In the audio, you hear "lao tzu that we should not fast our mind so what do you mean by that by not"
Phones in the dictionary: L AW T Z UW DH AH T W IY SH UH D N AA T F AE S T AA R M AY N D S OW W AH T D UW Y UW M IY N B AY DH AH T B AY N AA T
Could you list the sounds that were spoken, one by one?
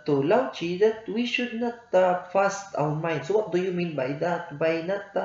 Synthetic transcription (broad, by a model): L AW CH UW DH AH T W IY SH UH D N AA T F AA S T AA W M AY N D S OW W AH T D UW Y UW M IY N B AY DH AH T B AY N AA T